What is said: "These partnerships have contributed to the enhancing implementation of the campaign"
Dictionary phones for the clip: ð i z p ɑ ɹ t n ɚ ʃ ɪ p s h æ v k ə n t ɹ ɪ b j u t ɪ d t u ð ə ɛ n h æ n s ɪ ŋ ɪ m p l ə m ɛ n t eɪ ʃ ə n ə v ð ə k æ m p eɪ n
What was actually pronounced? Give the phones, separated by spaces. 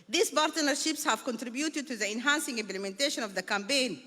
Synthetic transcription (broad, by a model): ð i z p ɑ ɹ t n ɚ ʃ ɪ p s h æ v k ə n t ɹ ɪ b j u t ɪ d t u ð ə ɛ n h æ n s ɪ ŋ ɪ m p l ə m ɛ n t eɪ ʃ ə n ə v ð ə k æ m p eɪ n